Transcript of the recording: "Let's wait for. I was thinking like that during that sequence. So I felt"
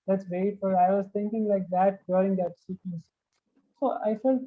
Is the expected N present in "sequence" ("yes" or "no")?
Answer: no